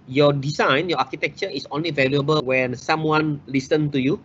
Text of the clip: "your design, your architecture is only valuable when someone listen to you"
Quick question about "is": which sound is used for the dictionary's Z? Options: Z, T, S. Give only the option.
S